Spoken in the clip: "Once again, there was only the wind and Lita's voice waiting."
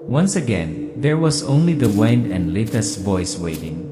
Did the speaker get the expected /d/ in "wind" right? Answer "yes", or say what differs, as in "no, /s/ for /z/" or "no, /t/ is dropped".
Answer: no, /d/ is dropped